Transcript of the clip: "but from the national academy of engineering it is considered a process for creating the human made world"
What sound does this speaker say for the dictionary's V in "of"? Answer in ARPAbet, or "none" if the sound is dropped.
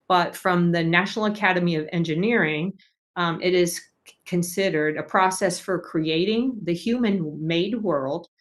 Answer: V